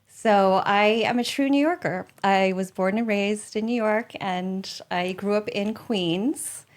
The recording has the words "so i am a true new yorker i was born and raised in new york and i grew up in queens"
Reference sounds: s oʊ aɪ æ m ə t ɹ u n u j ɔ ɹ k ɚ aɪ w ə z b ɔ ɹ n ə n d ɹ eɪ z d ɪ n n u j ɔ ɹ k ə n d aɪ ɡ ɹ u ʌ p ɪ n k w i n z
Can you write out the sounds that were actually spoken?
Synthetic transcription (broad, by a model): s oʊ aɪ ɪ m ə t ɹ u n u j ɔ ɹ k ɚ aɪ w ə z b ɔ ɹ n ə n ɹ eɪ z d ɪ n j u j ɔ ɹ k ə n aɪ ɡ ɹ u ʌ p ɪ n k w i n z